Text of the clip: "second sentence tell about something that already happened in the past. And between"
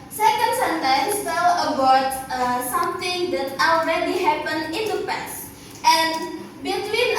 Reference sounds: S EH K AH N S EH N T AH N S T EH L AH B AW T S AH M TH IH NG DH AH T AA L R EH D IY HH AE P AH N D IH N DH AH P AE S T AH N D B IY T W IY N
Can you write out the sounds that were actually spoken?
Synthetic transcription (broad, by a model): S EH K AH N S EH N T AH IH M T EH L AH B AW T S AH M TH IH NG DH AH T AA L R EH D IY HH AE P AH N IH N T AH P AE S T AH N B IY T W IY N